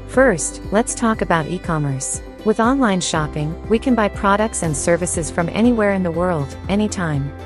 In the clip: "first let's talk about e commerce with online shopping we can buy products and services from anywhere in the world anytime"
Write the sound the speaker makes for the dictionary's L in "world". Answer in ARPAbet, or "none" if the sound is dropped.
L